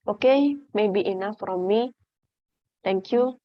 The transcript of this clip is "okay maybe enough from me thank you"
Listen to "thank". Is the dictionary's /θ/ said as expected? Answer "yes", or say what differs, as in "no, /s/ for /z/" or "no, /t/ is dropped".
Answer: no, /t/ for /θ/